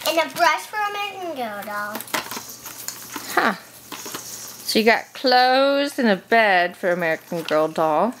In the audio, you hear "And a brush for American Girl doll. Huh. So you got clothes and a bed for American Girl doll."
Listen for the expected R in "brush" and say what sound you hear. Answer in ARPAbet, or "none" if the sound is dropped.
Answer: R